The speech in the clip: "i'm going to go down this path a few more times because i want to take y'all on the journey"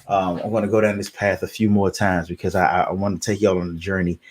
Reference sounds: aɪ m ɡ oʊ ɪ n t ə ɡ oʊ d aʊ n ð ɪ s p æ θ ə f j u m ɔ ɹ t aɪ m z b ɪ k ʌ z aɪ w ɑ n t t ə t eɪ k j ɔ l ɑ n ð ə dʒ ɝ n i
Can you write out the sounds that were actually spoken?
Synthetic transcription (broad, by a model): aɪ m ɡ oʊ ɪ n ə ɡ oʊ d aʊ n ð ɪ s p æ θ ə f j u m ɔ ɹ t aɪ m z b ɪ k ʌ z aɪ w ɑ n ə t eɪ k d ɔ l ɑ n ð ə dʒ ɝ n i